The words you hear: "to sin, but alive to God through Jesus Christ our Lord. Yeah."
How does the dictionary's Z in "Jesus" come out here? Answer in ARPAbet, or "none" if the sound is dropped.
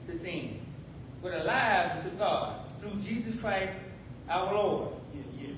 Z